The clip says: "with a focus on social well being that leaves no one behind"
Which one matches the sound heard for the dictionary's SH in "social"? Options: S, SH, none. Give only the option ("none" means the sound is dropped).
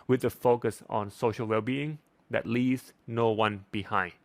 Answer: SH